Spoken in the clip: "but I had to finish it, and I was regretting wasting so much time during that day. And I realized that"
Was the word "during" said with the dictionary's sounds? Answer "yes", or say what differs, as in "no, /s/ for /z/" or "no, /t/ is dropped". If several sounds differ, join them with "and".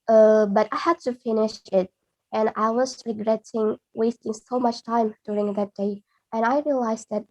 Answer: yes